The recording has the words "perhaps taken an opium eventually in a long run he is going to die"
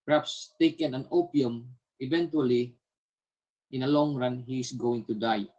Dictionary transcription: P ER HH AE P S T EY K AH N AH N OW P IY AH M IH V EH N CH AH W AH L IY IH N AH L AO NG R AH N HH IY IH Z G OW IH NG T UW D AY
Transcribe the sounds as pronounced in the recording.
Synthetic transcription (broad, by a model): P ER HH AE P S T EY K AH N AH N OW P IY AH M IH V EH N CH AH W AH L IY IH N AH L AO NG R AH N HH IY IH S G OW IH NG T UW D AY